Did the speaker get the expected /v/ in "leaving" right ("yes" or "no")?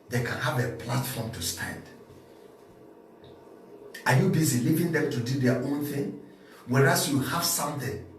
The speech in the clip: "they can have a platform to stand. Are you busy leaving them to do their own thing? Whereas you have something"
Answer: yes